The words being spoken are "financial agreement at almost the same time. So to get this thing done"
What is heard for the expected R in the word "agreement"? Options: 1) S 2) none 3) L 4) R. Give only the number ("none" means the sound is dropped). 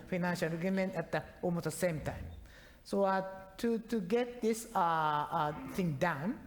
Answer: 2